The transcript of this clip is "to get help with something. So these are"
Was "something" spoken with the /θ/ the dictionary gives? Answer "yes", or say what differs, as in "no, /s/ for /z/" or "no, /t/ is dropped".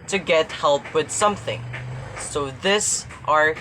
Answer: yes